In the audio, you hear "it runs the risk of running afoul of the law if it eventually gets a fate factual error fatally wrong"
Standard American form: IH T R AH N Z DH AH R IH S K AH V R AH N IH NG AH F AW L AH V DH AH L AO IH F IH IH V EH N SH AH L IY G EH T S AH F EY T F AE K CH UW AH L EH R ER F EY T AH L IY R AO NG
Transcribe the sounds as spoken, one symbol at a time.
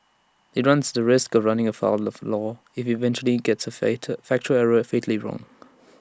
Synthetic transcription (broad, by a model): IH T R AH N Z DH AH R IH S K AH V R AH N IH NG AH F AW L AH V L AO IH F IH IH V EH N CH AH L IY G EH T S AH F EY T F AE K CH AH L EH R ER F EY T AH L IY R AO NG